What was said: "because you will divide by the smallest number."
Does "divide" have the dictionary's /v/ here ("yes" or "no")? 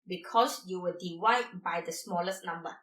no